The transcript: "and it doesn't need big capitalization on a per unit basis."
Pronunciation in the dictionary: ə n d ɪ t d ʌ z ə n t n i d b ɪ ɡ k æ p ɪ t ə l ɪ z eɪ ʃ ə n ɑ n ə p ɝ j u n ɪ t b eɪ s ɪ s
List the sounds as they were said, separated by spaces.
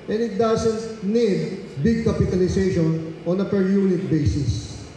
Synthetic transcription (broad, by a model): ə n ɪ t d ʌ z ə n t n i d b ɪ ɡ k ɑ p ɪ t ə l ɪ s eɪ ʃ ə n ɑ n ə p ɝ j u n ɪ t b eɪ s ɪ s